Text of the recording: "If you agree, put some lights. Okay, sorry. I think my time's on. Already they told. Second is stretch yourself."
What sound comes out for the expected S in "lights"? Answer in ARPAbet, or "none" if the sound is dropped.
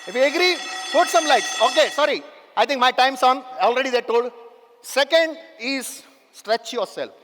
none